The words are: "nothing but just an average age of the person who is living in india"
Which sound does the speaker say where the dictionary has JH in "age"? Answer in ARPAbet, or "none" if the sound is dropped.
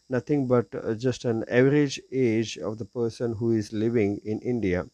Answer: JH